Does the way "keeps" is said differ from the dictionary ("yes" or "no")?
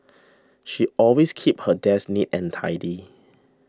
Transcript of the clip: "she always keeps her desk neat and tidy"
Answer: yes